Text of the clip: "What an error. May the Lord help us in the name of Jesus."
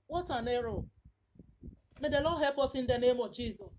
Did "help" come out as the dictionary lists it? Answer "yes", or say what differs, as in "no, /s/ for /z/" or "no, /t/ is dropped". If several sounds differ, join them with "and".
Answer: no, /l/ is dropped